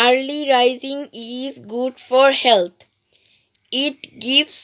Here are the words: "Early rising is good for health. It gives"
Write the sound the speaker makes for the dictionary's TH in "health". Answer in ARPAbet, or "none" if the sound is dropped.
T